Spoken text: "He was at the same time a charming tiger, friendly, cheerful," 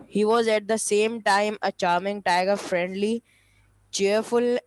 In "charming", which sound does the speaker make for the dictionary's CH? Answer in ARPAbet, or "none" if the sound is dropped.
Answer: CH